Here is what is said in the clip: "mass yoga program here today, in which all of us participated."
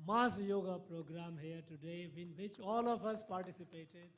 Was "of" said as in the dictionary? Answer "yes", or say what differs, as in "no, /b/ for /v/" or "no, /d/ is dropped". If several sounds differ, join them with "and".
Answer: no, /p/ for /v/